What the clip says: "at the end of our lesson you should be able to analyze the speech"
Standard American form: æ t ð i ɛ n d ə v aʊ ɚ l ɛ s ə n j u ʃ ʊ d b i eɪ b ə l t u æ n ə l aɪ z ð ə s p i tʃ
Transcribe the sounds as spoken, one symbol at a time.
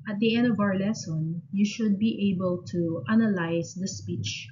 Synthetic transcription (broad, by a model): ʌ t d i ɛ n d ə v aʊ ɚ l ɛ s ə n j u ʃ ʊ d b i eɪ b ə l t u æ n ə l aɪ s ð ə s p i tʃ